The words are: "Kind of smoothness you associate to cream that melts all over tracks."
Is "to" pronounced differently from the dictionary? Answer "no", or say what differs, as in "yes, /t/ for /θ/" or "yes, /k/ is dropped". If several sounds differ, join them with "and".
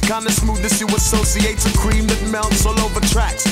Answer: yes, /s/ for /t/